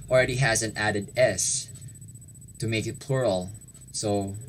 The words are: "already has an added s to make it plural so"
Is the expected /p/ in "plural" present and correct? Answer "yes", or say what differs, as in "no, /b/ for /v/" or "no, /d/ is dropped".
yes